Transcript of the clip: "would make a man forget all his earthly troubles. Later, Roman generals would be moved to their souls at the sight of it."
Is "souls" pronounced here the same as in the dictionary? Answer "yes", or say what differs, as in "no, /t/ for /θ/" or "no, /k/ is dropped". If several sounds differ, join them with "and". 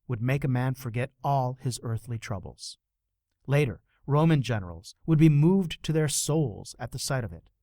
yes